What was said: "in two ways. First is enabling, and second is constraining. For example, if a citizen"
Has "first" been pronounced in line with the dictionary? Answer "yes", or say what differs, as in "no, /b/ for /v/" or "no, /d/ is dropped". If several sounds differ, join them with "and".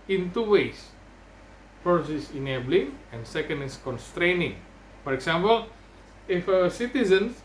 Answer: no, /t/ is dropped